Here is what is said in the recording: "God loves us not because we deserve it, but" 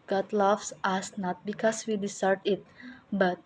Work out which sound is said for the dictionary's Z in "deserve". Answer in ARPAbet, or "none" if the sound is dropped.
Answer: S